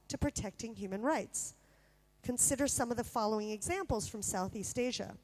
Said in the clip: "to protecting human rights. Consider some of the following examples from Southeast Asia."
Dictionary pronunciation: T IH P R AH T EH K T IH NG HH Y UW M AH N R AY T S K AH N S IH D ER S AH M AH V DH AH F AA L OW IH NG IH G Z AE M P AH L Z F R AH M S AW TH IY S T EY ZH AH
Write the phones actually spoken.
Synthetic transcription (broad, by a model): T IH P R AH T EH K T IH NG HH Y UW M AH N R AY T S K AH N S IH D ER S AH M AH V DH AH F AA L OW IH NG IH G Z AE M P L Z F R AH M S AW TH IY S T EY ZH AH